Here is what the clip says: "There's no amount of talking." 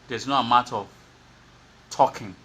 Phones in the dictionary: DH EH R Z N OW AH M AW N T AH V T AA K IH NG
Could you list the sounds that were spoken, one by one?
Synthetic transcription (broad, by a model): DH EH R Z N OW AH M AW T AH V T AA K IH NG